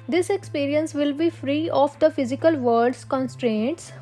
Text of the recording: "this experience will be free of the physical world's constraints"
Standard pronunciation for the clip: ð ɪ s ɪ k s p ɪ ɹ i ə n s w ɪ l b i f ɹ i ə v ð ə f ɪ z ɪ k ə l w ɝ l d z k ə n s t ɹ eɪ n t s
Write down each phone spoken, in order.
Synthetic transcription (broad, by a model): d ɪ s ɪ k s p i ɹ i ə n s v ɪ l b i f ɹ i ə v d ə f ɪ z ɪ k ə l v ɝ d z k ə n s t ɹ eɪ n t s